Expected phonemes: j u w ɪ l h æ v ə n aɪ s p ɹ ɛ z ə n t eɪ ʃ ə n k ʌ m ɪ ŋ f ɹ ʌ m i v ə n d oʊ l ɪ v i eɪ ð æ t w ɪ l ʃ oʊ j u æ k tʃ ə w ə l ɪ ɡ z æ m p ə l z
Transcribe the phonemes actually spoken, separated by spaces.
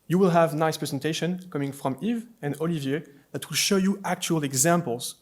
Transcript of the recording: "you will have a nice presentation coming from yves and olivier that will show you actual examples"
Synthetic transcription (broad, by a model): j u w ɪ l h æ v n aɪ s p ɹ ɛ z ə n t eɪ ʃ ə n k ʌ m ɪ ŋ f ɹ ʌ m i v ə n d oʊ l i v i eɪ ð æ t w ɪ l ʃ oʊ j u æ k tʃ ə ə l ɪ ɡ z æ m p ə l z